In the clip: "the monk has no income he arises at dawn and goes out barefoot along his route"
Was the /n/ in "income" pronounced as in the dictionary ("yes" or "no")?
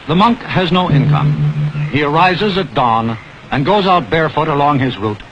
yes